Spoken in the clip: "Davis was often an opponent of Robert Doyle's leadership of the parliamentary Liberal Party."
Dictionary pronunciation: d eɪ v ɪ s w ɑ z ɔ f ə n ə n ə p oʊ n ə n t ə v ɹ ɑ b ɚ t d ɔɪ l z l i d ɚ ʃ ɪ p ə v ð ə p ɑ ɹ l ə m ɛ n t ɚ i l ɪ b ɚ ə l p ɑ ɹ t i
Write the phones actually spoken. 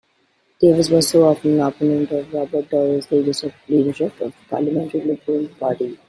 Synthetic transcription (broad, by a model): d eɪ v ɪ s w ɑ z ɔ ə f ə n ə p oʊ n ə n t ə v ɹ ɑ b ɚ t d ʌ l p l i d ɚ ʃ ɪ p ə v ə p ɑ ɹ l ə m ɛ n t ɚ i l ɪ b ɚ ə l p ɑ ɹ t i